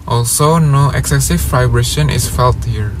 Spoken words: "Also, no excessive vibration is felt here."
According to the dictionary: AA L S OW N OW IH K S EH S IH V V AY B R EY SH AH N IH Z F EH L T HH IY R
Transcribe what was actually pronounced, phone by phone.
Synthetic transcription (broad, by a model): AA L S OW N OW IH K S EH S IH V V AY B R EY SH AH N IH S F EH L T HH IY R